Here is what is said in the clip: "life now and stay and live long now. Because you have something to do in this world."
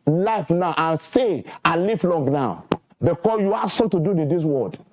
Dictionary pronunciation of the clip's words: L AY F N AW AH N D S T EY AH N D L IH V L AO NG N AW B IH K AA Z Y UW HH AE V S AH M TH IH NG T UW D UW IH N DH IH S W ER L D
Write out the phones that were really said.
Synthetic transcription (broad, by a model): L AY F N AW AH N S T EY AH N L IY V L AO NG N AW B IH K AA S Y UW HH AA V S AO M T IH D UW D IH N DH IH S W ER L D